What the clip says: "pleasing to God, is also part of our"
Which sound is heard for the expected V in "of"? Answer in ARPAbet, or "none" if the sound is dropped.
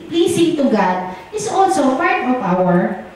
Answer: P